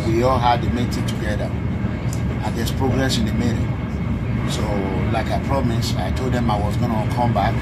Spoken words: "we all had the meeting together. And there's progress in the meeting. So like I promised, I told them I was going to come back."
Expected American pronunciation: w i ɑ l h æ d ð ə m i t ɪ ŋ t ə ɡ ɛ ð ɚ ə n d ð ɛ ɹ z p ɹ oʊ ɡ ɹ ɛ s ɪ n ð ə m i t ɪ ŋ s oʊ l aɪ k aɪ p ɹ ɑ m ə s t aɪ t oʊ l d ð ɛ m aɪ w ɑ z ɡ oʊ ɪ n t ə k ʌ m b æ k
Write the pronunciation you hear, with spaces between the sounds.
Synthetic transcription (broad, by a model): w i ɑ l h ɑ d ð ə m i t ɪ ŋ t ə ɡ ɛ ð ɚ ə n d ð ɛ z p ɹ oʊ ɡ ɹ ɛ s ɪ n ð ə m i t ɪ s oʊ l aɪ k aɪ p ɹ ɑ m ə s aɪ t oʊ l d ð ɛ m aɪ w ɑ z ɡ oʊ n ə k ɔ m b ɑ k